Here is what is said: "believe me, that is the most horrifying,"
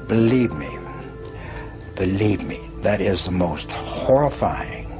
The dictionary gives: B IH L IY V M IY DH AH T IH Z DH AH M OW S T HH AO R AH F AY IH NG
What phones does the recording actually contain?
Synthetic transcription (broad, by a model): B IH L IY V M IY DH AH T IH Z DH AH M OW S T HH AO R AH F AY IH NG